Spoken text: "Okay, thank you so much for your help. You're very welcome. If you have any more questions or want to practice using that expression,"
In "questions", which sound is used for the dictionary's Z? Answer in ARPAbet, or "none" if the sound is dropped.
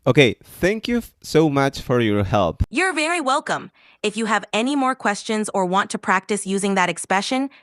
Z